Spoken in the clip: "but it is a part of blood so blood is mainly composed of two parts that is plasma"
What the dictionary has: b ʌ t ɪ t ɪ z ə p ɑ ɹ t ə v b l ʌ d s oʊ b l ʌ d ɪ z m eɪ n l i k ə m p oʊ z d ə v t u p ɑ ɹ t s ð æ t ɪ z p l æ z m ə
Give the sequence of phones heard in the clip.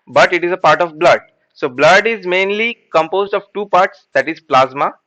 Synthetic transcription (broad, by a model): b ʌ t ɪ t ɪ z ə p ɑ ɹ t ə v b l ʌ d s oʊ b l ʌ d ɪ z m eɪ n l i k ə m p oʊ z d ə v t u p ɑ ɹ t s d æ t ɪ z p l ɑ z m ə